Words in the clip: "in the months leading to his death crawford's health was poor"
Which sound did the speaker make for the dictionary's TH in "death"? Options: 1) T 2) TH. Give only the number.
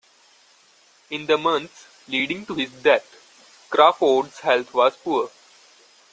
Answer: 1